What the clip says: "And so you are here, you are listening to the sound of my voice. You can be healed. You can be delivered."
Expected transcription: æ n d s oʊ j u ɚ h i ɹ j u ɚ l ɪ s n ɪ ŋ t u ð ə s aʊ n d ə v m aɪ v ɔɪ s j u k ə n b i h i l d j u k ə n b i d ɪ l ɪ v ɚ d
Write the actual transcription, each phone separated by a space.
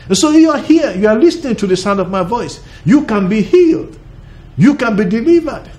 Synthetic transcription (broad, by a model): n s oʊ j u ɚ h i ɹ j u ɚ l ɪ s n ɪ ŋ t u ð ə s aʊ n d ə v m aɪ v ɔɪ s j u k ə n b i h i l d j u k ə n b i d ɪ l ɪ v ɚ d